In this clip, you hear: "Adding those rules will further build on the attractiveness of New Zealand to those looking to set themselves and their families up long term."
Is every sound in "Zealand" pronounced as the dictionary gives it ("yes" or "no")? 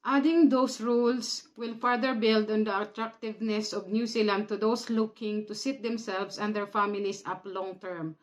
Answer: no